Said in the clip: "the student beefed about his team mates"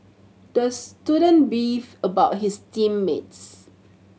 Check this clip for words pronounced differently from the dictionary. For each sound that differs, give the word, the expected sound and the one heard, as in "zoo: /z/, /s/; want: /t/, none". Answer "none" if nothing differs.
beefed: /t/, none; his: /z/, /s/